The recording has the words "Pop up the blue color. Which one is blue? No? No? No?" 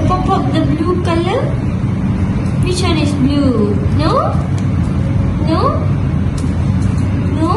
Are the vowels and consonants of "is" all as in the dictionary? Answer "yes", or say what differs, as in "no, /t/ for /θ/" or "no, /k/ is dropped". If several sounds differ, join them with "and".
no, /s/ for /z/